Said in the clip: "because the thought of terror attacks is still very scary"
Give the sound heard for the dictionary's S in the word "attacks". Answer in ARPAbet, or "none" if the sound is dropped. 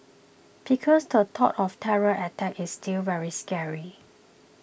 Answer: none